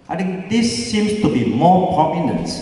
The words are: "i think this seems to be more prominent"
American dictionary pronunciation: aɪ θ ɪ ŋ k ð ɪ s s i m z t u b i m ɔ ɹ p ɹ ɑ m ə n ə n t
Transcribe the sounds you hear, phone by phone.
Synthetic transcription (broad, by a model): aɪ t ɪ ŋ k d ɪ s s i m s t u b i m ɔ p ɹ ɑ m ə n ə n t